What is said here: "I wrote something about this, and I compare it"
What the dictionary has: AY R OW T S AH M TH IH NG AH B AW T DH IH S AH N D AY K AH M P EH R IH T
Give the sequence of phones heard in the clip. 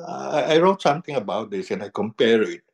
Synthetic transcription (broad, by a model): AY R OW T S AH M T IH NG AH B AW T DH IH S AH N AY K AH M P EH R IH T